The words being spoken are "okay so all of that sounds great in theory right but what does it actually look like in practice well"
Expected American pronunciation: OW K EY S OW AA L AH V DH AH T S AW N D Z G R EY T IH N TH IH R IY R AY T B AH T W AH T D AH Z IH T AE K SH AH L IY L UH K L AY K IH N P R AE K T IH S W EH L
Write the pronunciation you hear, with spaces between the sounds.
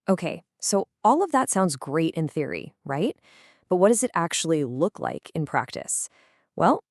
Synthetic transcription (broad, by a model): OW K EY S OW AA L AH V DH AH T S AW N D Z G R EY T IH N TH IH R IY R AY T B AH T W AH T D AH Z IH T AE K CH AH L IY L UH K L AY K IH N P R AE K T IH S W EH L